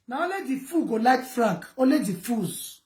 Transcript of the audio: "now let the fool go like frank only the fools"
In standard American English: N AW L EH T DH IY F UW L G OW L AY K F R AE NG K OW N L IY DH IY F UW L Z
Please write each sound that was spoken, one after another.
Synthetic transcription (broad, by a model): N AW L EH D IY F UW G OW L AY K F R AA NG K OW L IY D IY F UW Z